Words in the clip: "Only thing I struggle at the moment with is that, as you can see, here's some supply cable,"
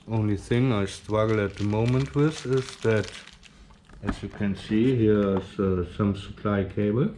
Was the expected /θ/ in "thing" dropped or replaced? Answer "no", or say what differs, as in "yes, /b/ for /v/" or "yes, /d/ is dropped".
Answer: no